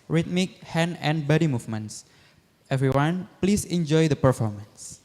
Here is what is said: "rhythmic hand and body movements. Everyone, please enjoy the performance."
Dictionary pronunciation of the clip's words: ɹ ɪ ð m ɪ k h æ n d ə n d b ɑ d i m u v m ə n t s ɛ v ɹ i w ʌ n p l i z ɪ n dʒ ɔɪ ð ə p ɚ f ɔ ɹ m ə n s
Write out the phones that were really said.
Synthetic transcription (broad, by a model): ɹ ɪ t m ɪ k h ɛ n ə n b ɑ d i m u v m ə n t s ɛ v ɹ i w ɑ n p l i s ɪ n dʒ ɔɪ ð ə p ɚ f ɔ ɹ m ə n s